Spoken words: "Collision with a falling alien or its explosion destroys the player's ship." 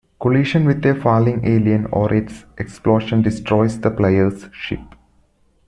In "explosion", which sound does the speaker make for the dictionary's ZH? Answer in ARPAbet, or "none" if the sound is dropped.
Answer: SH